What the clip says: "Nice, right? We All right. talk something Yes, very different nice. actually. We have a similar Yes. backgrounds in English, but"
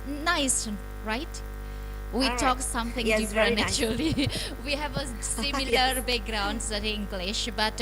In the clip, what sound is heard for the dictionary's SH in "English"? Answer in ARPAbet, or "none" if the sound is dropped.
SH